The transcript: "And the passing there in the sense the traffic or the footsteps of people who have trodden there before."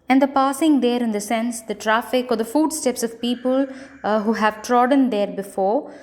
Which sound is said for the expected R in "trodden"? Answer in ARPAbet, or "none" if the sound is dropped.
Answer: R